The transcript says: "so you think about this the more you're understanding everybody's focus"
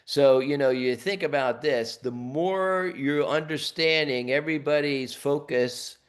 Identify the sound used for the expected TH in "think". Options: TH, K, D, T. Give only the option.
TH